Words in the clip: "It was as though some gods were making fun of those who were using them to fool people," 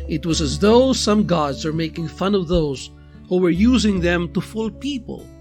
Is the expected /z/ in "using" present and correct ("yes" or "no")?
yes